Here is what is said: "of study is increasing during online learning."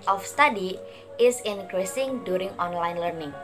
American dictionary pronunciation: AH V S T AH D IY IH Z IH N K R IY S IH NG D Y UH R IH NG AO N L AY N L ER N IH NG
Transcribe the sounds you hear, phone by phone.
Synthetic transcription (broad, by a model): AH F S T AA D IY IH S IH N K R IY S IH NG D Y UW R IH NG AO N L AY N L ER N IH NG